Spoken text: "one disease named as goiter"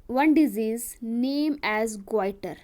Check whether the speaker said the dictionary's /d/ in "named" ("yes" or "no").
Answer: no